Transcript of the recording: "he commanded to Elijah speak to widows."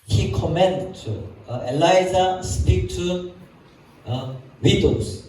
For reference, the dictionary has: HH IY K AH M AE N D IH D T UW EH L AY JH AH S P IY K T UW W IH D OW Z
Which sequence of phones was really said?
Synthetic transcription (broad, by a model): HH IY K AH M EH N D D T UW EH L AY Z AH S P IY K T UW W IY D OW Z